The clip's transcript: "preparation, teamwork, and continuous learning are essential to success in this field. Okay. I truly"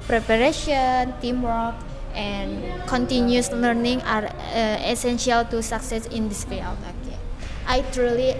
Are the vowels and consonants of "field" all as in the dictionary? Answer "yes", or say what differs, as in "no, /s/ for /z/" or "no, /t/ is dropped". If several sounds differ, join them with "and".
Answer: no, /d/ is dropped